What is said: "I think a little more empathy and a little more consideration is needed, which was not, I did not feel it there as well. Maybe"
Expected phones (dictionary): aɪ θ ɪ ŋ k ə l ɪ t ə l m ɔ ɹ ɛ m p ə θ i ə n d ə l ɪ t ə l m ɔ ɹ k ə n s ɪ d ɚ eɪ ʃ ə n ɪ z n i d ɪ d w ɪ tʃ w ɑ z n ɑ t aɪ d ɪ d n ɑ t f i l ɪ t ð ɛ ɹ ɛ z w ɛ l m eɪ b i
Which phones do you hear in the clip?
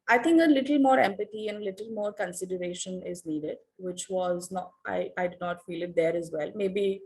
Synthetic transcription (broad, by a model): aɪ t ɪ ŋ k ə l ɪ t ə l m ɔ ɹ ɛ m p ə t i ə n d ə l ɪ t ə l m ɔ ɹ k ə n s ɪ d ɚ eɪ ʃ ə n ɪ z n i d ɪ d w ɪ tʃ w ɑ z n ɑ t aɪ d ɪ d n ɑ t f i l ɪ t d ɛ ɹ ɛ z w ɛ l m eɪ b i